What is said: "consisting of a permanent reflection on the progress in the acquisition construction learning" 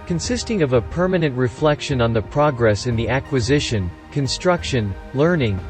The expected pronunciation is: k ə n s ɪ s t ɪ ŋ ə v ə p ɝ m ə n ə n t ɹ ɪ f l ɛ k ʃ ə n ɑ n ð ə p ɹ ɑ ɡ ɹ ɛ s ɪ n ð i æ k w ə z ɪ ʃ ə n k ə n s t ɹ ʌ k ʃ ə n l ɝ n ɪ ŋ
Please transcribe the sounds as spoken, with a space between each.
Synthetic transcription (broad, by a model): k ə n s ɪ s t ɪ ŋ ə v ə p ɝ m ə n ə n t ɹ ɪ f l ɛ k ʃ ə n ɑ n ð ə p ɹ ɑ ɡ ɹ ɛ s ɪ n ð i æ k w ə z ɪ ʃ ə n k ə n s t ɹ ʌ k ʃ ə n l ɝ n ɪ ŋ